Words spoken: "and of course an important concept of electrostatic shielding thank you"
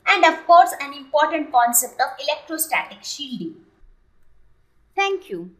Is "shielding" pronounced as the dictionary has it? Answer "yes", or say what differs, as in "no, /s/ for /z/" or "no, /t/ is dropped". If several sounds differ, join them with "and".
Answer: yes